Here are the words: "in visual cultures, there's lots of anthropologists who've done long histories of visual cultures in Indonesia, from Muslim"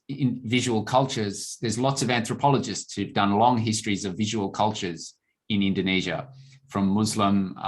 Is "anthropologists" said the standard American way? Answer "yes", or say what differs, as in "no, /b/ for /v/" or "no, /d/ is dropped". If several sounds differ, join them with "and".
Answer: yes